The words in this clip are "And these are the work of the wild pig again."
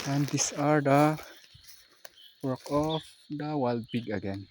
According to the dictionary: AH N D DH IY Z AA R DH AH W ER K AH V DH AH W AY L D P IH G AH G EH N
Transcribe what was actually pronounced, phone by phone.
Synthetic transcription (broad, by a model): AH N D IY S AA R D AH W ER K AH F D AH W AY L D B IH G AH G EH N